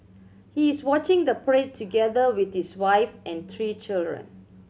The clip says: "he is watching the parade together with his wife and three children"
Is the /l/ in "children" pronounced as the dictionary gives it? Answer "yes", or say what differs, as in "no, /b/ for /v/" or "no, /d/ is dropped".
yes